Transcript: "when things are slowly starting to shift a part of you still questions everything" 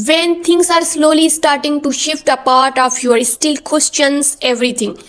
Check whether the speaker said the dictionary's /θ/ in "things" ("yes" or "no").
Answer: no